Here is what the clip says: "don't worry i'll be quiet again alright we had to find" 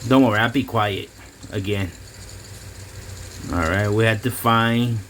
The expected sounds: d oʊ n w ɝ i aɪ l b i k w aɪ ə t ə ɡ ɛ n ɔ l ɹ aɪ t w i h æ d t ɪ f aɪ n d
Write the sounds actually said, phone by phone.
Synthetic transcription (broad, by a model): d oʊ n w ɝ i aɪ b i k w aɪ ə t ə ɡ ɛ n ɔ l ɹ aɪ t w i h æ d t ɪ f aɪ n